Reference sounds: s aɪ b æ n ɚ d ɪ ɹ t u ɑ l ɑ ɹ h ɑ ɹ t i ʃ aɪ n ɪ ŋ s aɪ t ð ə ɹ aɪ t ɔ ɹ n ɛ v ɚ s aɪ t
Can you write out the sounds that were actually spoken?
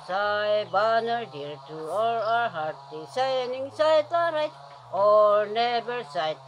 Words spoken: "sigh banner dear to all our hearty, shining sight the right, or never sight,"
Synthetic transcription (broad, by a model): s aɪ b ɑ n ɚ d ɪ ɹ t u ɑ l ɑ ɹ h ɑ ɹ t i s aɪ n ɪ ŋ s aɪ t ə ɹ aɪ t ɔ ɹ n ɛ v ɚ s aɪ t